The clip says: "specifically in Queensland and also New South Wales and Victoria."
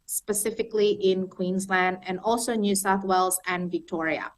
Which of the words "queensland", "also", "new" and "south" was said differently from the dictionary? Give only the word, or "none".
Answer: none